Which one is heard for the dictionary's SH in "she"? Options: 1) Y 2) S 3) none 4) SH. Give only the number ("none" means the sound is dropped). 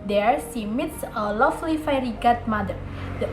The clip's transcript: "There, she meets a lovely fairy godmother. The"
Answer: 2